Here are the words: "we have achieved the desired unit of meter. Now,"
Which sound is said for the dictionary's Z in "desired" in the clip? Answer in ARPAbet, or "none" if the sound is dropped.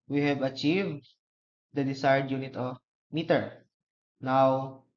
S